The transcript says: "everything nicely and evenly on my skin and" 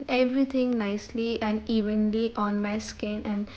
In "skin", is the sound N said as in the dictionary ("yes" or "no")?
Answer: yes